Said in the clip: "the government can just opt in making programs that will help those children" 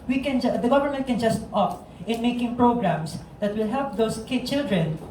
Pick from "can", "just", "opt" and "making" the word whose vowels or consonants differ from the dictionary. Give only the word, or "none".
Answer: opt